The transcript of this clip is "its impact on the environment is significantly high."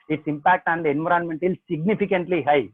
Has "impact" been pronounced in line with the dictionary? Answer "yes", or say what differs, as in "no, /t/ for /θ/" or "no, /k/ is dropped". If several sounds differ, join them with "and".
yes